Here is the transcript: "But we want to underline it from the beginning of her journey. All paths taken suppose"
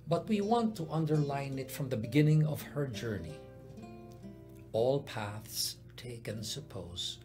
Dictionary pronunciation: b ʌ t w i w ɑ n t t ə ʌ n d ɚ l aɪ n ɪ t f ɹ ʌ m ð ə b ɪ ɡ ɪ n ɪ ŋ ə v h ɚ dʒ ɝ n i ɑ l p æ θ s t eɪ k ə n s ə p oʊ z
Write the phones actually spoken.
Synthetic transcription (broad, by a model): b ʌ t w i w ɑ n t t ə ʌ n d ɚ l aɪ n ɪ t f ɹ ʌ m ð ə b ɪ ɡ ɪ n ɪ ŋ ə v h ɚ dʒ ɝ n i ɑ l p æ θ s t eɪ k ə n s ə p oʊ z